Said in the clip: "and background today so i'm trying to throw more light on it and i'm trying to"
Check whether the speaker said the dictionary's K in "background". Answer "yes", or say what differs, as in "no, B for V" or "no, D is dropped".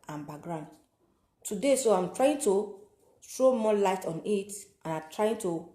no, K is dropped